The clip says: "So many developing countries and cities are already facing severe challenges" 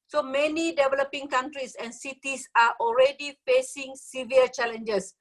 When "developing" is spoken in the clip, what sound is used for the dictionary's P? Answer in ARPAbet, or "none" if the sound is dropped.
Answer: P